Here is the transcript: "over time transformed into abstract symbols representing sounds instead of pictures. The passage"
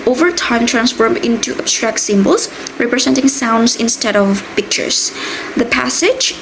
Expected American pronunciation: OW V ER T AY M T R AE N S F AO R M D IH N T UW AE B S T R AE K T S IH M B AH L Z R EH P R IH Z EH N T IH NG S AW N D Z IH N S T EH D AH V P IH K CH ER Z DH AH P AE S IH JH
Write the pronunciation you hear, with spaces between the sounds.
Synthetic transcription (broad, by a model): OW V ER T AY M T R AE N S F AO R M IH N T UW AE B S T R AE K T S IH M B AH L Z R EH P R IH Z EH N T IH NG S AW N D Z IH N S T EH D AH V P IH K CH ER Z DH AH P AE S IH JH